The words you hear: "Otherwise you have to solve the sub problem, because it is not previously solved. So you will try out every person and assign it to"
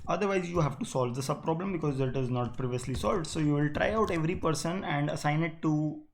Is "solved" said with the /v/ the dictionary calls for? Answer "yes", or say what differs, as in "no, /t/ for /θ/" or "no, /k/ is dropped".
yes